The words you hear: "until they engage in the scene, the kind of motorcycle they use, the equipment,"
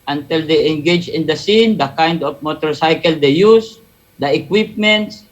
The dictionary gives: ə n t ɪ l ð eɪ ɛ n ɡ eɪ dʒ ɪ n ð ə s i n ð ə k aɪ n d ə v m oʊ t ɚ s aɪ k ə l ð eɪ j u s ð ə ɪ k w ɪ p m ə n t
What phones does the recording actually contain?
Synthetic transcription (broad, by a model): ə n t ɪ l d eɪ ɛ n ɡ eɪ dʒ ɪ n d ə s i n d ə k aɪ n d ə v m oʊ t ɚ s aɪ k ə l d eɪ j u s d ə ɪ k w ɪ p m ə n t